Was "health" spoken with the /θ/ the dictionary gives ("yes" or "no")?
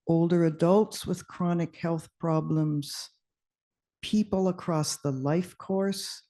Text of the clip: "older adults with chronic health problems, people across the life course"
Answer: yes